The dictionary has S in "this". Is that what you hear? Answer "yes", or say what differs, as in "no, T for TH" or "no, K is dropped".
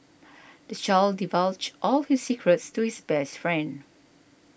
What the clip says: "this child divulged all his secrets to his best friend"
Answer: no, S is dropped